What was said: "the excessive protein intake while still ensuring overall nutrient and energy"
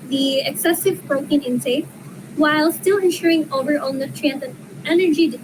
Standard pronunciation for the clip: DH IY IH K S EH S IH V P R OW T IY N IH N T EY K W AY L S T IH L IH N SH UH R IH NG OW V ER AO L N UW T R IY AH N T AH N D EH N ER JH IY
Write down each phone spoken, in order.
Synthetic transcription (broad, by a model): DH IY IH K S EH S IH V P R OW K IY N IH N S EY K W AY L S T IH L IH N SH UH R IH NG OW V ER AO L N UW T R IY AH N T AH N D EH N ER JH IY